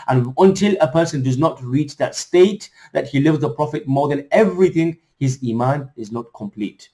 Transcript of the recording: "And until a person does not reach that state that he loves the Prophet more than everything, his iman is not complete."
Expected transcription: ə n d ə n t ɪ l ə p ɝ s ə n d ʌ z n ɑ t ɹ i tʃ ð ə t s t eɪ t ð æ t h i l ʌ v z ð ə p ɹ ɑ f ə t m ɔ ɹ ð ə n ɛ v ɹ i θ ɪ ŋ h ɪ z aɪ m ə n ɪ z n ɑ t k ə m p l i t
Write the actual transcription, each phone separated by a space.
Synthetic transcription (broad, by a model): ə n ə n t ɪ l ə p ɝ s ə n d ʌ z n ɑ t ɹ i tʃ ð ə t s t eɪ t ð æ t h i l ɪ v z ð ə p ɹ ɑ f ə t m ɔ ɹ ð ə n ɛ v ɹ i θ ɪ ŋ h ɪ z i m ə n ɪ z n ɑ t k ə m p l i t